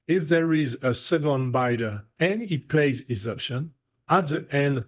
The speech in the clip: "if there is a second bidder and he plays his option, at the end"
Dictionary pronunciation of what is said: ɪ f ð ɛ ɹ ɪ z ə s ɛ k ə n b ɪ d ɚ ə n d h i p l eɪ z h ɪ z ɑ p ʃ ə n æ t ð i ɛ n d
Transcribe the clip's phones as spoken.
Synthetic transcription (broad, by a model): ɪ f ð ɛ ɹ ɪ z ə s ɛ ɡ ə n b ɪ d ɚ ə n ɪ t p l eɪ z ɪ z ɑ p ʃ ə n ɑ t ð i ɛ n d